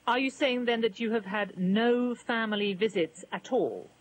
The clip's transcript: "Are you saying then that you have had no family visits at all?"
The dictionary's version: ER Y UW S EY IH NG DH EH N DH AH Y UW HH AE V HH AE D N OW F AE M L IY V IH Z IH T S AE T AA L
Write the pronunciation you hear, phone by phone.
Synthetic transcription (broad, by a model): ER Y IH S EY IH NG DH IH N DH AH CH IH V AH D N OW F AE M L IY V IH Z IH T S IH T AA L